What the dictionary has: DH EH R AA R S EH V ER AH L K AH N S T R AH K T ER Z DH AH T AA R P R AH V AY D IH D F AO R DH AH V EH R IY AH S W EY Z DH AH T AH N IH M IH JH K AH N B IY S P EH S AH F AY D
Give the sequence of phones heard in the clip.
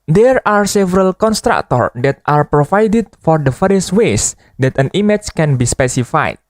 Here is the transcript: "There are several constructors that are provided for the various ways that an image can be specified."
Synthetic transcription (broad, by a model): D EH R AA R S EH V ER AH L K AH N S T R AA K T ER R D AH T AA R P R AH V AY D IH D F AO R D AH F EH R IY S W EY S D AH T AH N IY M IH CH K AH N B IY S P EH S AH F AY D